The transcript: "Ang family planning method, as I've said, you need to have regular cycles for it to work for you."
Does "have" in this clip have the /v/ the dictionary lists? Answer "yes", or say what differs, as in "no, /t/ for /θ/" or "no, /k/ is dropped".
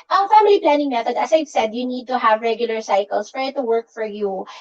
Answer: yes